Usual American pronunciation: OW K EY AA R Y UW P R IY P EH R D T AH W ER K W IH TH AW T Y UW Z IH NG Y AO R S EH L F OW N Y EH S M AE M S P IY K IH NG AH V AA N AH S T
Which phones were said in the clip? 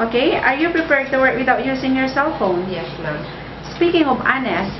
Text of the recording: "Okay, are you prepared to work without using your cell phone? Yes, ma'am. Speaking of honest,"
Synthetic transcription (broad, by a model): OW K EY AA R Y UW P R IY P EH R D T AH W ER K W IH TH AW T Y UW S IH NG Y AO R S EH L F OW N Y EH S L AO S P IY K IH NG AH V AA N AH S